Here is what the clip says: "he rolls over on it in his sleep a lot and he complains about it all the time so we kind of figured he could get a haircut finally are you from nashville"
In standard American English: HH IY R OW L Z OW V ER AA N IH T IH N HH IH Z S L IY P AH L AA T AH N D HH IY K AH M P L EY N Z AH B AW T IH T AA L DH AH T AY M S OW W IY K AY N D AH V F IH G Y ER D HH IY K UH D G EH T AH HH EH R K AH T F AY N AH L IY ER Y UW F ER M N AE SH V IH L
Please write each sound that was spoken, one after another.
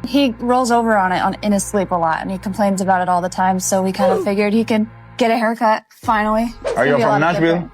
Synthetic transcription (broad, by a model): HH IY R OW L Z OW V ER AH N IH T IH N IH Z S L IY P AH L AA T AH N IY K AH M P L EY N Z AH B AW T IH T AA L DH AH T AY M S OW W IY K AY N D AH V F IH G Y ER D HH IY K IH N G EH T AH HH EH R K AH T F AY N L IY ER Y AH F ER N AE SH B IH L